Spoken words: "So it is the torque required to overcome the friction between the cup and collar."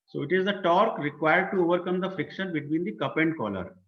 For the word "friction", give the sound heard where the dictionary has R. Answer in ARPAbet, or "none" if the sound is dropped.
none